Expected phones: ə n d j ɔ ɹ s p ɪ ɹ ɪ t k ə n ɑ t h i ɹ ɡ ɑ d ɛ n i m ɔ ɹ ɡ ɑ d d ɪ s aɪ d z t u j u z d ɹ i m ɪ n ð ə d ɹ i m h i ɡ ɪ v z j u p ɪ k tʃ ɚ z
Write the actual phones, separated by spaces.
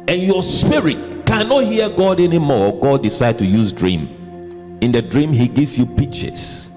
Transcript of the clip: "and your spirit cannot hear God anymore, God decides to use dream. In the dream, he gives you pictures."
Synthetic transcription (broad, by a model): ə n j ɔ s p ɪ ɹ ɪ t k ə n ɑ t h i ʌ ɡ ɑ d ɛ n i m ɔ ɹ ɡ ɑ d d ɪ s aɪ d t u j u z d ɹ i m ɪ n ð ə d ɹ i m h i ɡ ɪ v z j u p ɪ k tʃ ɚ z